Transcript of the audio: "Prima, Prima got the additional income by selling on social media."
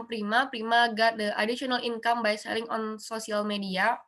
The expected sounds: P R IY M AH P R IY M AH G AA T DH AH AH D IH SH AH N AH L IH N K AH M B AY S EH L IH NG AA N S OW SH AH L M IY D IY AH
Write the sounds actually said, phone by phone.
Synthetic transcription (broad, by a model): P R IY M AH P R IY M AH G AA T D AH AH D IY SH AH N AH L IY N K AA M B AY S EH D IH NG AA N S OW S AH L M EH D IY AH